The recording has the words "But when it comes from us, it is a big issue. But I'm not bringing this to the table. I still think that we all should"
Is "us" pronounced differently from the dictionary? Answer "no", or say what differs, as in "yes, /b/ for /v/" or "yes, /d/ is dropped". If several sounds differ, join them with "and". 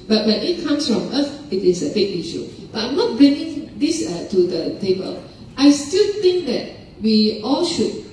yes, /θ/ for /s/